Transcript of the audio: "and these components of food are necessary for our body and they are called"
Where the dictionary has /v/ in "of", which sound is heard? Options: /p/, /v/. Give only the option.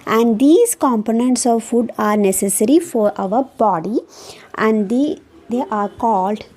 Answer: /v/